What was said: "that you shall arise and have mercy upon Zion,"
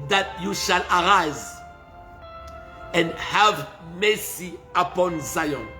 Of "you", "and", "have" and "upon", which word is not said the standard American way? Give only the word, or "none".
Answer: none